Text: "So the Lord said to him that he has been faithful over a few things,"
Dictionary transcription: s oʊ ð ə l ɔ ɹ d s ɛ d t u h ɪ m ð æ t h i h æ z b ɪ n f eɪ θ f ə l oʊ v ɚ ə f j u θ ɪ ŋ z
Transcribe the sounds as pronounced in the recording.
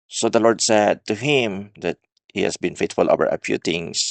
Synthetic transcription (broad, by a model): s oʊ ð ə l ɔ ɹ d s ɛ d t u h ɪ m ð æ t h i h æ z b ɪ n f eɪ t f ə l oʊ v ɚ ə p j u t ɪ ŋ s